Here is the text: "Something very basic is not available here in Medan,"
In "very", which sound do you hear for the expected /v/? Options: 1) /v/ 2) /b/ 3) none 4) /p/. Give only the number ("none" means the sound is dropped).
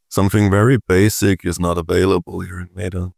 1